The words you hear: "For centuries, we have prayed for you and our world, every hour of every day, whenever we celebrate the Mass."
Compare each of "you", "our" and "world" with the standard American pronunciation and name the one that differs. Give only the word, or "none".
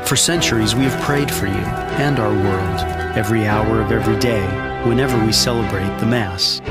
none